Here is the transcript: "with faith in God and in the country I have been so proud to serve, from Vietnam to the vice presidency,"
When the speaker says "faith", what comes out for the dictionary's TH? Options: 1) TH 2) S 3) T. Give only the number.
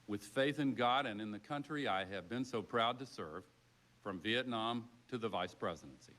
1